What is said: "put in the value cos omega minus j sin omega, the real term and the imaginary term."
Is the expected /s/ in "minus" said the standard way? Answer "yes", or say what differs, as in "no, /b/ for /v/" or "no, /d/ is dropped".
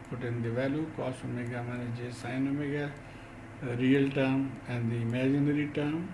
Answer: no, /s/ is dropped